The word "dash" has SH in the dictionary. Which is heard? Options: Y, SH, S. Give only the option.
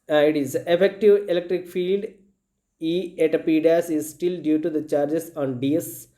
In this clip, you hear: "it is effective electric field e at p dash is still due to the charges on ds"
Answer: S